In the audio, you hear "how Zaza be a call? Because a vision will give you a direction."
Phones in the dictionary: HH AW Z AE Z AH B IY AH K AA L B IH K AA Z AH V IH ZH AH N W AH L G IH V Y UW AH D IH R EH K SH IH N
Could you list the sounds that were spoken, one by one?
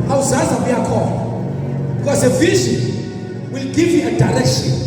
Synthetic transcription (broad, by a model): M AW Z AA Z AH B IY AH K AA N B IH K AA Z AH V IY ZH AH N W AH L G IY V Y UW AH D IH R EH K SH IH N